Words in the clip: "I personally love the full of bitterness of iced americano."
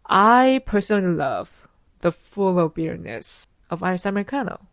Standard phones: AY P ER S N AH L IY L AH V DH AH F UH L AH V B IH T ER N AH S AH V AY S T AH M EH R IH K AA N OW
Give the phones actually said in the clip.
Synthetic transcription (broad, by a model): AY P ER S N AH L IY L AH V DH AH F UH L AH V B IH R N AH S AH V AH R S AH M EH R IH K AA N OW